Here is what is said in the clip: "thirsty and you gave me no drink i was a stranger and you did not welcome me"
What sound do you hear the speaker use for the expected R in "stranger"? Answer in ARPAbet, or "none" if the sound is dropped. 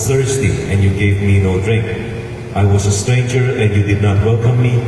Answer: R